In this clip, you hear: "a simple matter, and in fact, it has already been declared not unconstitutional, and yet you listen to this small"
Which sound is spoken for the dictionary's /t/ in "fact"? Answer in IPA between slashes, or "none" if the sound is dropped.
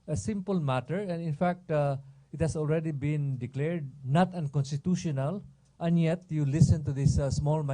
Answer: /t/